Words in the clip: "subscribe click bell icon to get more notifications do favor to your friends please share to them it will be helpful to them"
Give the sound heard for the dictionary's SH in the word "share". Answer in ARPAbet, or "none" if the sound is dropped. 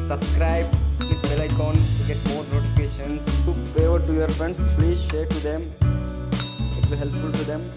SH